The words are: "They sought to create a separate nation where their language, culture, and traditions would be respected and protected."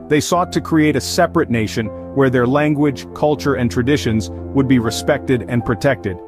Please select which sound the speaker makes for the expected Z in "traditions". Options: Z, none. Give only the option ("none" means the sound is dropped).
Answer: Z